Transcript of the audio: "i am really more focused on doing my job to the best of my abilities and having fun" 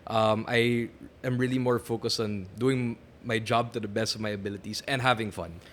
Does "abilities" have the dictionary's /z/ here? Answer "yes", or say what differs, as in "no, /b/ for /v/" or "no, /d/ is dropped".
no, /s/ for /z/